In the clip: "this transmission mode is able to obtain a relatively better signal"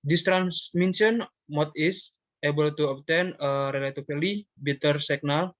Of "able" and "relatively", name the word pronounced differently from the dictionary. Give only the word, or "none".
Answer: relatively